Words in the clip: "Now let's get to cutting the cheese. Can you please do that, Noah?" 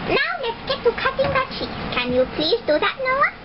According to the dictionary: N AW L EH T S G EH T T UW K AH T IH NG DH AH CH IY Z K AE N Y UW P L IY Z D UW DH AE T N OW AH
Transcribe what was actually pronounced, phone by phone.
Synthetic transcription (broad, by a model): N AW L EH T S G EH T T UW K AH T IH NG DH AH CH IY K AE N Y UW P L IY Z D UW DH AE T N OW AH